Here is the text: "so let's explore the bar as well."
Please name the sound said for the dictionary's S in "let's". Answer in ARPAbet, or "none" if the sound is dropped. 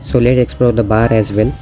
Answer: none